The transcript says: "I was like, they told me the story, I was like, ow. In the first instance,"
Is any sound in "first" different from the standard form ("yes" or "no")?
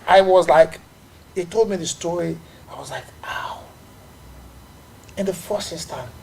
yes